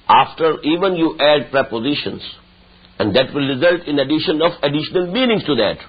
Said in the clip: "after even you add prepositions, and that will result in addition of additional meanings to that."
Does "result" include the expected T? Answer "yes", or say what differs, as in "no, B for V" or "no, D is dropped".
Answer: yes